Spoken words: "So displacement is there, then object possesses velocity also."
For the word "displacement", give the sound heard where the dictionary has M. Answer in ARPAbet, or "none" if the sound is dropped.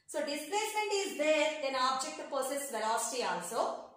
none